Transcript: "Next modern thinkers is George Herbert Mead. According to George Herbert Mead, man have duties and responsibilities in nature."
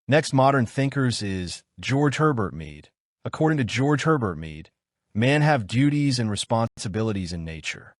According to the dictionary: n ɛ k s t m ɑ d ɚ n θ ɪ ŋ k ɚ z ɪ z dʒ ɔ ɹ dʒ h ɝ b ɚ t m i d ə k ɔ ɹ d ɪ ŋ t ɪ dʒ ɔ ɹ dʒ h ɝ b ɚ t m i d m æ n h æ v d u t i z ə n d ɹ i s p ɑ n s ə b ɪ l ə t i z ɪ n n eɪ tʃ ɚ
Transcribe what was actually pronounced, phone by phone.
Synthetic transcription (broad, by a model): n ɛ k s t m ɑ d ɚ n θ ɪ ŋ k ɚ z ɪ z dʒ ɔ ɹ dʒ h ɝ b ɚ t m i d ə k ɔ ɹ d ɪ ŋ t ɪ dʒ ɔ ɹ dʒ h ɝ b ɚ t m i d m æ n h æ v d u t i z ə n ɹ i s p ɑ n s ə b ɪ l ə t i z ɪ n n eɪ tʃ ɚ